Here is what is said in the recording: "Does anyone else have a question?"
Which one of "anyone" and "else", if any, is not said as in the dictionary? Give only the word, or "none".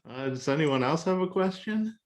none